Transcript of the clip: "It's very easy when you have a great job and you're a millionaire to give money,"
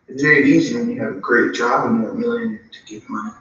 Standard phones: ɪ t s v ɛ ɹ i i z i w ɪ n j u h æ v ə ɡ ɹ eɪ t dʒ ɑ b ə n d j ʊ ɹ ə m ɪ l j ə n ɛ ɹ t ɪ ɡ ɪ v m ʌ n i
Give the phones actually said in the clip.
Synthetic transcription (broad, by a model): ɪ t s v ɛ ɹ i i z i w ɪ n j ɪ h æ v ə ɡ ɹ eɪ t dʒ ɑ b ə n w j ə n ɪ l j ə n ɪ t ɪ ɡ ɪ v m ʌ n i